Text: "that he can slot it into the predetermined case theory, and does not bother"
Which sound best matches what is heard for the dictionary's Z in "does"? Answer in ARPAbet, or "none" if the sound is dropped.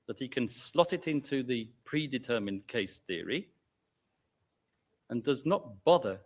Z